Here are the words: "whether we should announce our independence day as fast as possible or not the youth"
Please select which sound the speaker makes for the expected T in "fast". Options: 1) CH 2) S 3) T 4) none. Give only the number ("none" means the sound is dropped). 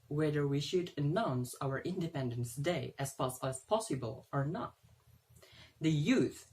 4